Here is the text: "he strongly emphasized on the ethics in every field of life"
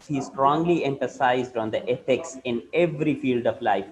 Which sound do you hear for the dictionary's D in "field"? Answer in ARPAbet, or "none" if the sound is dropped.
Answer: D